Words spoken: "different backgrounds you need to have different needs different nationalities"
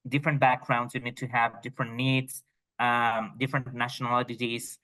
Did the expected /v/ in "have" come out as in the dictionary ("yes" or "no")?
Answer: yes